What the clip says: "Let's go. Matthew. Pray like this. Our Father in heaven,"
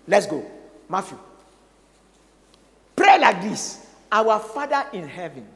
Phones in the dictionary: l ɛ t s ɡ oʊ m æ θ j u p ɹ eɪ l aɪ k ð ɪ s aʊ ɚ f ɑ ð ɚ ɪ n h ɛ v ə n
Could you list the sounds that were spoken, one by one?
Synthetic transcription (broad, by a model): l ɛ t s ɡ oʊ m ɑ f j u p ɹ eɪ l aɪ k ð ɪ s aʊ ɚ f ɑ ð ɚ ɪ n h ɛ v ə n